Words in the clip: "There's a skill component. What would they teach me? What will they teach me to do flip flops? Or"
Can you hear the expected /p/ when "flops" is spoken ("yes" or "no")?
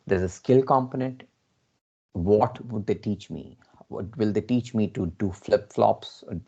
yes